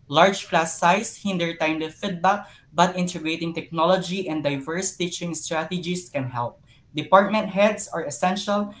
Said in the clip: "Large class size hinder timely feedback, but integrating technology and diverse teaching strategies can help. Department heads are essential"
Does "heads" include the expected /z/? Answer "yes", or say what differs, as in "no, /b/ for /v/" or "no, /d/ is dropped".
no, /s/ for /z/